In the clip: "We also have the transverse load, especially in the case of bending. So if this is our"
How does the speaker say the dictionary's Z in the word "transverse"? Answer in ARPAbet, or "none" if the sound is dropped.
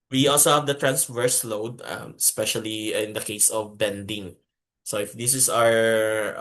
S